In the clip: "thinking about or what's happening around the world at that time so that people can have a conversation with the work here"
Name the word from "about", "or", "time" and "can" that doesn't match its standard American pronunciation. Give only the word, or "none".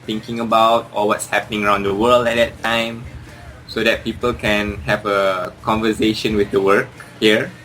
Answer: or